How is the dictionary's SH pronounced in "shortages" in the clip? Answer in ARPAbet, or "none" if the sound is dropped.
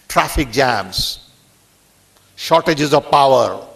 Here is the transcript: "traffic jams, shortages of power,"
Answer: SH